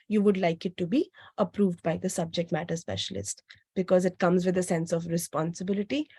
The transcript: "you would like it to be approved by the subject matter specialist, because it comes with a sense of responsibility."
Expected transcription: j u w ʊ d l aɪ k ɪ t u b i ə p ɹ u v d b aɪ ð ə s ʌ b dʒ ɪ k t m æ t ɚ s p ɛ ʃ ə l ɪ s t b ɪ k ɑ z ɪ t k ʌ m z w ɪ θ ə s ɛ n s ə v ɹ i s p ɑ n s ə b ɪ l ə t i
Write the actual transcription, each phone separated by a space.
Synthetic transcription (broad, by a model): j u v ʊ d l aɪ k ɪ t u b i ə p ɹ u v d b aɪ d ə s ʌ b dʒ ɪ k t m æ t ɚ s p ɛ ʃ ə l ɪ s t b ɪ k ɑ z ɪ t k ʌ m z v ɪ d ə s ɛ n s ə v ɹ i s p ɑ n s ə b ɪ l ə t i